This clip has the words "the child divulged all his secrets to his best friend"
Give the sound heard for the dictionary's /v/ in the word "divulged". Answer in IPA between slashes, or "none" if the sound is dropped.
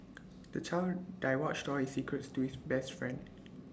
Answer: /w/